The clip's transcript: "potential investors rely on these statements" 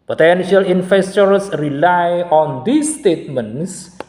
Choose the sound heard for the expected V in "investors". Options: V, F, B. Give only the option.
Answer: F